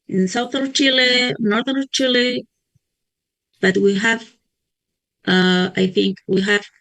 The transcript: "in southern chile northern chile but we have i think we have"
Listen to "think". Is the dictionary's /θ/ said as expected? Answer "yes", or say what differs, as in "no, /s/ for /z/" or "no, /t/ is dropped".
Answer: yes